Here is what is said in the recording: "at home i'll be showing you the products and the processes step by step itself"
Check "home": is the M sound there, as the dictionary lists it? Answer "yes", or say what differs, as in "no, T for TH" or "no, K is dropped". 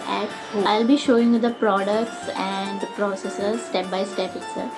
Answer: no, M is dropped